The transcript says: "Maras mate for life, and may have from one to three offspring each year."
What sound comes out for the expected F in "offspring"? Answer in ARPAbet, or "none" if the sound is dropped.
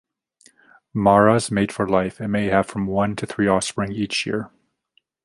F